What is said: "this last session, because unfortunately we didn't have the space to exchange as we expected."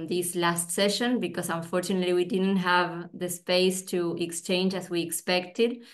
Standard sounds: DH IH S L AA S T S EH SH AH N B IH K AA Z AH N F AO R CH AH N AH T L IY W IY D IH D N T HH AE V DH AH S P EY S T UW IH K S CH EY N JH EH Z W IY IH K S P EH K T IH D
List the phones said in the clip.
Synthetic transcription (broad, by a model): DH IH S L AA S T S EH SH AH N B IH K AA S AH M F AO R CH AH N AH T L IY W IY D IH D N T HH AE V DH AH S P EY S T UW IH K S CH EY N JH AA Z W IY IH K S P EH K T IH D